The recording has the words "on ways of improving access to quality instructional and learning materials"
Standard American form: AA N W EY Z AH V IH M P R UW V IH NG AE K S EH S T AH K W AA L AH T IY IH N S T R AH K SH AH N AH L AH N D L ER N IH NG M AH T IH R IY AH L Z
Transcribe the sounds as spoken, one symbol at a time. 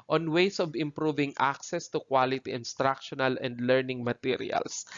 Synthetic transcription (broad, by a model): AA N W EY S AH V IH M P R UW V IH NG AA K S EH S T AH K W AA L AH T IY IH N S T R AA K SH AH N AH L AH N D L ER N IH NG M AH T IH R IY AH L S